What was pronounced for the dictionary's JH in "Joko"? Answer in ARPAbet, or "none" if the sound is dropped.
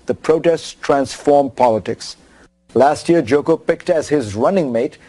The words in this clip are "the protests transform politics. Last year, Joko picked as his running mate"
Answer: JH